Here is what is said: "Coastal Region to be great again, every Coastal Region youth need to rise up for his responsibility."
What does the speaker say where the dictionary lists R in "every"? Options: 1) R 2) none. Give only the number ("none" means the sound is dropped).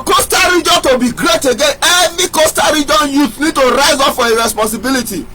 2